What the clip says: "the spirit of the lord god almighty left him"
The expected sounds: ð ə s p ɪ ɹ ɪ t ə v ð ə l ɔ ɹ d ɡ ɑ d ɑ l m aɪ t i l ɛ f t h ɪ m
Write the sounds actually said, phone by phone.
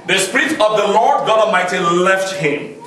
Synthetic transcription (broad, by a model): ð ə s p ɪ ɹ ɪ t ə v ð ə l ɔ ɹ d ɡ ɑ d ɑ m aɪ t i l ɛ f t h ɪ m